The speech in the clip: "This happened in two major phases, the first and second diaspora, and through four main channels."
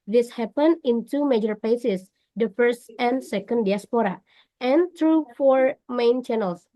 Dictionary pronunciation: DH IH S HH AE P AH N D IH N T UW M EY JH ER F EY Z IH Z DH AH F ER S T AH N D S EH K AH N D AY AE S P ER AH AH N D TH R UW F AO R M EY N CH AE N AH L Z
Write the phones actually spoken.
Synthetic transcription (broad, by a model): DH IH S HH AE P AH N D IH N T UW M EY JH ER P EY S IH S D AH F ER S T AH N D S EH K AH N D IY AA S P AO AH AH N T R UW F AO R M EY N CH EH N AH L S